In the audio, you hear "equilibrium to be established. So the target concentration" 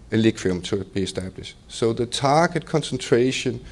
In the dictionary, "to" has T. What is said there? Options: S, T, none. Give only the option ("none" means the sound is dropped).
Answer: S